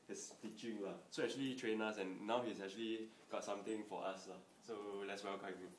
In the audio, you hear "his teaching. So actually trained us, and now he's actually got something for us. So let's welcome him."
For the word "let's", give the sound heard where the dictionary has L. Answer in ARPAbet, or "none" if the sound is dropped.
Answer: L